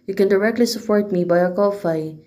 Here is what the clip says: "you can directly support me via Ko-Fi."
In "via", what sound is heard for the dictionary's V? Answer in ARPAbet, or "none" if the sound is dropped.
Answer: B